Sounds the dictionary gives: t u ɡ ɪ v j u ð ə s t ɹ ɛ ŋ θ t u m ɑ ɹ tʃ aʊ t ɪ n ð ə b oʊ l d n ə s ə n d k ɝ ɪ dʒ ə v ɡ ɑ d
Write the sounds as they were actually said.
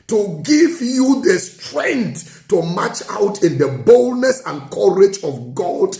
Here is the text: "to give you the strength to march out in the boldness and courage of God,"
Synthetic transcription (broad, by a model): t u ɡ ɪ v j u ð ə s t ɹ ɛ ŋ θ t u m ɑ tʃ aʊ t ɪ n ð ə b oʊ l d n ə s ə n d k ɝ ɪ dʒ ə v ɡ ɑ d